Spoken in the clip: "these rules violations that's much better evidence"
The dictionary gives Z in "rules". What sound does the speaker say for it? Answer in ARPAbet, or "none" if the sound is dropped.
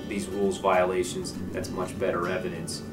Z